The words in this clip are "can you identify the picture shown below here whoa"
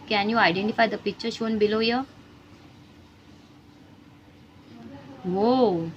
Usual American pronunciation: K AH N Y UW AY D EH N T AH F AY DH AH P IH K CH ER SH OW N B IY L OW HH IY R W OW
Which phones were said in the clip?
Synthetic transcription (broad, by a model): K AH N Y UW AY D EH N T AH F AY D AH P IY CH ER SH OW N B IY L OW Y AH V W OW